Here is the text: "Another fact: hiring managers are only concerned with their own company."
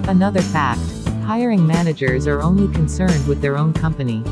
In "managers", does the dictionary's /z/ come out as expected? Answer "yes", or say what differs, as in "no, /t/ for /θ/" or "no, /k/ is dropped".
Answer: yes